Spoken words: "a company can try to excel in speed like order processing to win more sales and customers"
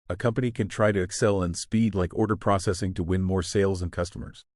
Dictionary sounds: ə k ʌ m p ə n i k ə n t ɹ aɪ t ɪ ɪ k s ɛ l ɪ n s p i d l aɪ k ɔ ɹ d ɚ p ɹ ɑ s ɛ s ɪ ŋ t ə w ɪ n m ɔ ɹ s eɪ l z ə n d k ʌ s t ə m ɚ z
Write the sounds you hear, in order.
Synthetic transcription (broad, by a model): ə k ʌ m p ə n i k ə n t ɹ aɪ t ɪ ɪ k s ɛ l ɪ n s p i d l aɪ k ɔ ɹ d ɚ p ɹ ɑ s ɛ s ɪ ŋ t ə w ɪ n m ɔ ɹ s eɪ l z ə n k ʌ s t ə m ɚ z